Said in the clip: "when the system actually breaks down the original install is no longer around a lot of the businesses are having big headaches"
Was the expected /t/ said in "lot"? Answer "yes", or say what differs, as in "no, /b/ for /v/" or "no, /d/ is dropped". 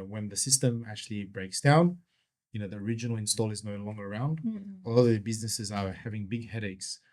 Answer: no, /t/ is dropped